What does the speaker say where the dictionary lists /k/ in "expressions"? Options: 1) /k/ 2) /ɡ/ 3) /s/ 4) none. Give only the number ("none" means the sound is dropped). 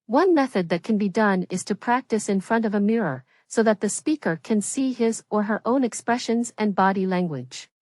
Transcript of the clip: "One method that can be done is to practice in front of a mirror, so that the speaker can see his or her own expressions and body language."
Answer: 1